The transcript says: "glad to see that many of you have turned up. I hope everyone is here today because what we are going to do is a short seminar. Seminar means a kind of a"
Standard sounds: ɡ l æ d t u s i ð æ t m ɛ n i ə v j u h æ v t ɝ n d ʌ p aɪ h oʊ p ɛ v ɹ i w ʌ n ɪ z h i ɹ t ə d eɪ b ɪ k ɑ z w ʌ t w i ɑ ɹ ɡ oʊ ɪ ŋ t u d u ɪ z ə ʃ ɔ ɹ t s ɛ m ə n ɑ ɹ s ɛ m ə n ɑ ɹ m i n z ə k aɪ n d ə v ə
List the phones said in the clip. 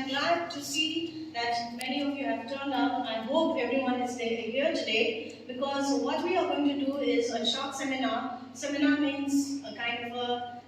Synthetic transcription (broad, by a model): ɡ l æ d t u s i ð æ t m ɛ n i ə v j u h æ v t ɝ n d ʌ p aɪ h oʊ p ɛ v ɹ i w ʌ n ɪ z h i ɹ t ə d eɪ b ɪ k ɑ z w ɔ t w i ɑ ɹ ɡ oʊ ɪ ŋ t u d u ɪ z ə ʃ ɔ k s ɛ m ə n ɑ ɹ s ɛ m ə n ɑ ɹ m i n z ə k aɪ n d ə v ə